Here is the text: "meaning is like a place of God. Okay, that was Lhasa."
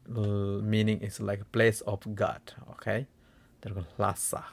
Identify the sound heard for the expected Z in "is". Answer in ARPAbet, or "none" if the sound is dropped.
S